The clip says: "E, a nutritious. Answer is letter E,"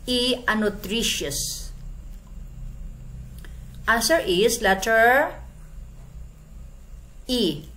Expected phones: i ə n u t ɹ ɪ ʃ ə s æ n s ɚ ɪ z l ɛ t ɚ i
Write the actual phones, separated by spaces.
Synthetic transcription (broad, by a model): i ə n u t ɹ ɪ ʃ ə s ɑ s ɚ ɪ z l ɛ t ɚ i